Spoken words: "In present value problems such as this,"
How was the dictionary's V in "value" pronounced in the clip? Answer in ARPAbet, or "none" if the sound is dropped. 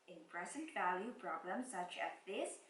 V